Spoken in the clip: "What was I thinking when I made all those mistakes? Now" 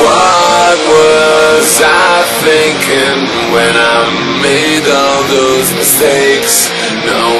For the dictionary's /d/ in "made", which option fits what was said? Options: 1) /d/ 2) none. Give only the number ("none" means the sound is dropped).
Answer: 1